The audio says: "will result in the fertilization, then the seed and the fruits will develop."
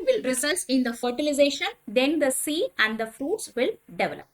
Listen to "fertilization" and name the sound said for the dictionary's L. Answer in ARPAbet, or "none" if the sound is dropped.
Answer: L